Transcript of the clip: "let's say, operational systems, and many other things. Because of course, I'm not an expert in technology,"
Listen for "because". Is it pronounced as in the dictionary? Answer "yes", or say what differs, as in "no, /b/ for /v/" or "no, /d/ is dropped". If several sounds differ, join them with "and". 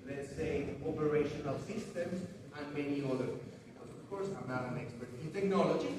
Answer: no, /k/ is dropped and /z/ is dropped